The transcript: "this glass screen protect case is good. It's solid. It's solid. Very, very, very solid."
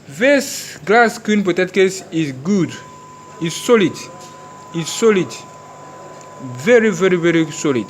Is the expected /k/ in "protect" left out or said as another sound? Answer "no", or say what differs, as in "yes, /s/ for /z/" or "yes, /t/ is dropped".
yes, /k/ is dropped